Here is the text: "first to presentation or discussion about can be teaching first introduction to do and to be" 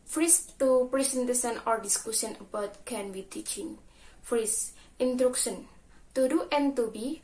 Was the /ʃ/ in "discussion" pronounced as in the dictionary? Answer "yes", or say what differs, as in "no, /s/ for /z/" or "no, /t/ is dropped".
no, /s/ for /ʃ/